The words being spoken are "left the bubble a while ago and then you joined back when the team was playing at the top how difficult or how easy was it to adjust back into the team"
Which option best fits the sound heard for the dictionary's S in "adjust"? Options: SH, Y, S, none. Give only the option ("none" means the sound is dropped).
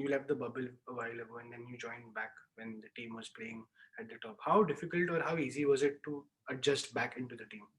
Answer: S